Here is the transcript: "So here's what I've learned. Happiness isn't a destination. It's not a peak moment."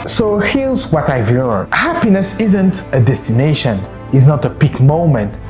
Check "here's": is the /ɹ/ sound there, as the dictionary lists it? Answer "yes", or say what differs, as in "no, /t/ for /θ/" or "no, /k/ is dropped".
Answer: no, /l/ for /ɹ/